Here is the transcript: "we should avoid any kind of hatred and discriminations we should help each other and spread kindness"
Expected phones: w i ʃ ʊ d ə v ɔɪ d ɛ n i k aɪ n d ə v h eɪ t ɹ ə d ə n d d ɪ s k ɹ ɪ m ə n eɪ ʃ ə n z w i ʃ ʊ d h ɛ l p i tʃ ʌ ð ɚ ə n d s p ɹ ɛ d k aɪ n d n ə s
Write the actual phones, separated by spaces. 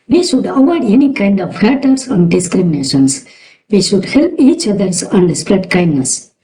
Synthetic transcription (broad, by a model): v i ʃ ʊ d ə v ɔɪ d ɛ n i k aɪ n d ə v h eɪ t ə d ə n d d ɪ s k ɹ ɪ m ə n eɪ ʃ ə n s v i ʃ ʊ d h ɛ l p i tʃ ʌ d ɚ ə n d s p ɹ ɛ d k aɪ n d n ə s